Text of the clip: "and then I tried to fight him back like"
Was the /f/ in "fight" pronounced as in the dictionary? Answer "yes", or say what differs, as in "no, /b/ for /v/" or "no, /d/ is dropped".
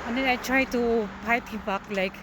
no, /p/ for /f/